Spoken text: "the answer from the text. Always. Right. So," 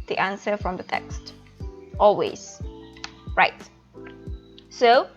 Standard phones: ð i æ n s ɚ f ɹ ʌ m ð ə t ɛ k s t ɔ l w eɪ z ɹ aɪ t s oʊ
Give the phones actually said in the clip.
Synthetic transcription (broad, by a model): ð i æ n s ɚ f ɹ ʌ m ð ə t ɛ k s t ɔ l w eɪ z ɹ aɪ t s oʊ